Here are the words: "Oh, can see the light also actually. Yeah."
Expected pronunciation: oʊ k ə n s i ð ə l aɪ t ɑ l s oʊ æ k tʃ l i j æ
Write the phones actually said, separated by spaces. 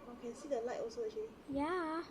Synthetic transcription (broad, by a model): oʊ k ə n s i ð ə l aɪ t ɑ l s oʊ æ tʃ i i j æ